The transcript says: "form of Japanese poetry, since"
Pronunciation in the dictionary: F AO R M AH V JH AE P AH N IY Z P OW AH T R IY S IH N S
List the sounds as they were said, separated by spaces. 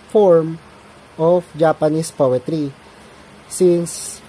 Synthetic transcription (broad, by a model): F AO R M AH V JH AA P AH N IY S P OW AH T R IY S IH N S